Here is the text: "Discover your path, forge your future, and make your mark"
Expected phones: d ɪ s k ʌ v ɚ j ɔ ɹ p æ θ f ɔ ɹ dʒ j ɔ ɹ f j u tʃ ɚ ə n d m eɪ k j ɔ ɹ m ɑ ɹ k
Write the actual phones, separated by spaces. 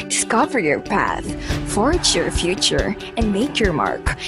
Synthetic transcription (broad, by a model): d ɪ s k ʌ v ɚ j ɔ ɹ p æ θ f ɔ ɹ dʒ j ɔ ɹ f j u tʃ ɚ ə n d m eɪ k j ɔ ɹ m ɑ ɹ k